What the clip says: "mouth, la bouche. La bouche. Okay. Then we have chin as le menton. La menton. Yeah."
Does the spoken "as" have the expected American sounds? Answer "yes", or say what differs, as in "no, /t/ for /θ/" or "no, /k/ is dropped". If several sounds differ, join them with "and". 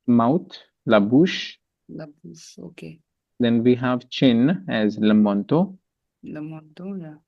yes